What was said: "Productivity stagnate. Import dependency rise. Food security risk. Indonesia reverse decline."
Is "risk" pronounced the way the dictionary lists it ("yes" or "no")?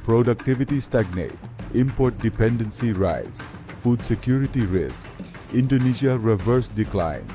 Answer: yes